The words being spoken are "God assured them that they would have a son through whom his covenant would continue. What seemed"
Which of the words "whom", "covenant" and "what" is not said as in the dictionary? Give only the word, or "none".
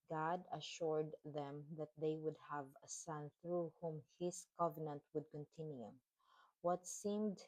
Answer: none